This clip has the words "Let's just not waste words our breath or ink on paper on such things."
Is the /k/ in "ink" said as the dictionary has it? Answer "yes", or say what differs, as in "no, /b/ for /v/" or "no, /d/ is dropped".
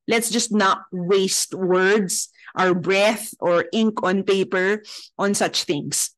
yes